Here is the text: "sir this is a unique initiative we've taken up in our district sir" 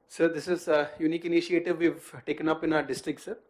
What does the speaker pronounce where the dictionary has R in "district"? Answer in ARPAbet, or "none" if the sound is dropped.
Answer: R